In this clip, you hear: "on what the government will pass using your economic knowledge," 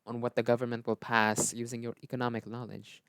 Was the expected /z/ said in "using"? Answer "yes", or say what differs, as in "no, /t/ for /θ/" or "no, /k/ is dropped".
yes